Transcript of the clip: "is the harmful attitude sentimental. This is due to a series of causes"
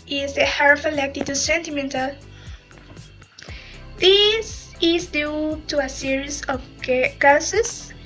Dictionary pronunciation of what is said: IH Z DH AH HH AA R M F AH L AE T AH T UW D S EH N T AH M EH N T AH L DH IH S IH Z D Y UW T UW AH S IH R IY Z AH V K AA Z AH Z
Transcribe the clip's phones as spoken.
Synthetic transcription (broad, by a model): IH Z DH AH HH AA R F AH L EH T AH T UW S EH N T AH M EH N T AH L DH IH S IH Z D Y UW T UW AH S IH R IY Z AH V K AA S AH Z